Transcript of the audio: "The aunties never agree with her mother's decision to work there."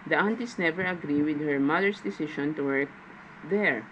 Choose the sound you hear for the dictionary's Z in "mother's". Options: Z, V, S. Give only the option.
S